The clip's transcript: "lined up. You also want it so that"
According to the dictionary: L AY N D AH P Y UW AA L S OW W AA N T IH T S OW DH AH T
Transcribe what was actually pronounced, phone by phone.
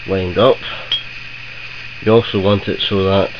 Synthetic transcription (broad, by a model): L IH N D AH P Y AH AA L S OW W AA N T IH T S OW DH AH T